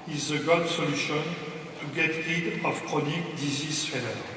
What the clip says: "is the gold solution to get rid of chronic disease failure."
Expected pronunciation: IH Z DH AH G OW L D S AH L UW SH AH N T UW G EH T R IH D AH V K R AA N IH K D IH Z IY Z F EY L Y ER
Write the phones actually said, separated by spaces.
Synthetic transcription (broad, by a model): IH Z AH G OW D S AH L UW SH AH N T UW G EH T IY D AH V K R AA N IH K D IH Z IY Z F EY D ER